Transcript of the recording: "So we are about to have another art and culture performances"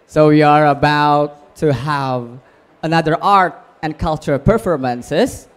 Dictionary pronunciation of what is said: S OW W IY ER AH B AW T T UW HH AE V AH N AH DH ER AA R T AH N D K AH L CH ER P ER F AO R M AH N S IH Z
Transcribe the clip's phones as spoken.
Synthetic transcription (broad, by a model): S OW W IY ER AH B AW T T UW HH AE V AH N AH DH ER AA R T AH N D K AH L CH ER P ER F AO R M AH N S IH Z